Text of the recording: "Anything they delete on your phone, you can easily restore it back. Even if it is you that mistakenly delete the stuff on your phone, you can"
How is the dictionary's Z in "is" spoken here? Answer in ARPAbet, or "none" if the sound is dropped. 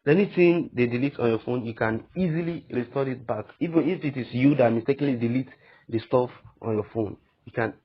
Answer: S